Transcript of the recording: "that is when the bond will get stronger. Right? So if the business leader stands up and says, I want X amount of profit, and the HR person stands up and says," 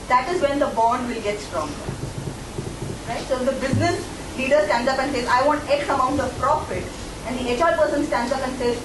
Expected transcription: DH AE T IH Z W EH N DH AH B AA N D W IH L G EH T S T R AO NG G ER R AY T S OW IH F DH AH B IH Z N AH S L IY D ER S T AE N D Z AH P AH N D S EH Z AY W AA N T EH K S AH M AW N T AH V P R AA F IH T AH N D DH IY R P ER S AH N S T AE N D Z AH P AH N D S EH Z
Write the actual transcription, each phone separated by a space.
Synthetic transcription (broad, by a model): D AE T IH Z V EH N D AH B AA N D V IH L G EH T S T R AO NG G ER R AY T S OW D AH B IH Z N AH S L IY D ER S T AE N D Z AH P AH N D S EH Z AY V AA N T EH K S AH M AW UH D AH P R AA F IH T AH N D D IY L P ER S AH N S T AE N D Z AH P AH N D S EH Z